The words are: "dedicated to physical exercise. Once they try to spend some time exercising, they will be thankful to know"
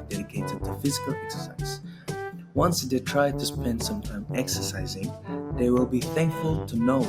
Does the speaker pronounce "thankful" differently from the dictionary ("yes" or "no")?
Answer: no